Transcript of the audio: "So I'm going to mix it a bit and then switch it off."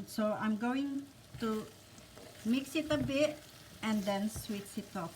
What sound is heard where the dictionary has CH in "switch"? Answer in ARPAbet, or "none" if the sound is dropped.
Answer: S